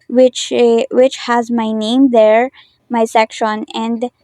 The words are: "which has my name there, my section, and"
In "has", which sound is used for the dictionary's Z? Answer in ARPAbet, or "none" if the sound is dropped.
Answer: Z